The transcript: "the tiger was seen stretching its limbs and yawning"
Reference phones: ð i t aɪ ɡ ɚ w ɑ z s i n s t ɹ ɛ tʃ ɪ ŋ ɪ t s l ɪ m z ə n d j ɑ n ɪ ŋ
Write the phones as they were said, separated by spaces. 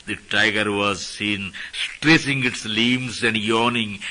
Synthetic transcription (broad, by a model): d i t aɪ ɡ ɚ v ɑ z s i n s t ɹ ɛ s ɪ ŋ ɪ t s l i m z ə n d j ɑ n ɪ ŋ